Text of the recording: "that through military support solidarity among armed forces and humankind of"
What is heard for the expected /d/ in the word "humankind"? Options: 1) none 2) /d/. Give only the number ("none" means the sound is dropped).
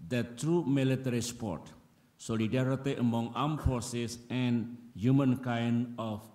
1